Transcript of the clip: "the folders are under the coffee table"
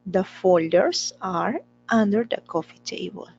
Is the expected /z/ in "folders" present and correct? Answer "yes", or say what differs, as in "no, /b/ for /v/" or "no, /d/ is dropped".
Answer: no, /s/ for /z/